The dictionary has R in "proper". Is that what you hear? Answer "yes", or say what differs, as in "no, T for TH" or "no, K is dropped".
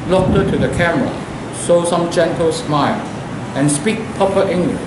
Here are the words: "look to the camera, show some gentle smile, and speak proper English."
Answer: no, R is dropped